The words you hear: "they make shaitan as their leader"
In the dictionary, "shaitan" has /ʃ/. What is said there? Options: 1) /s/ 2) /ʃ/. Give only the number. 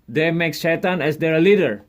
1